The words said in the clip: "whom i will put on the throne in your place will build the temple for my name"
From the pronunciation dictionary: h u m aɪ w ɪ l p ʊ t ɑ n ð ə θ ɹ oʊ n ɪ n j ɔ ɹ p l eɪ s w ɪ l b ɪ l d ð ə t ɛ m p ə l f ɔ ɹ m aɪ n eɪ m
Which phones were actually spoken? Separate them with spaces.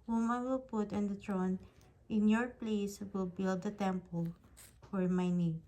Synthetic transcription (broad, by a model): h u m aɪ w ɪ l p ʊ t ɑ n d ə t ɹ oʊ n ɪ n j ɔ ɹ p l eɪ s w ɪ l b ɪ l d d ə t ɛ m p ə l f ɔ ɹ m aɪ n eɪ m